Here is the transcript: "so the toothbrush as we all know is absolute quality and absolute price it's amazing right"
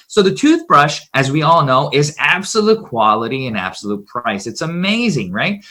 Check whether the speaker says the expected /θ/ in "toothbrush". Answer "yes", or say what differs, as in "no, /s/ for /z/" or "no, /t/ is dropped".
yes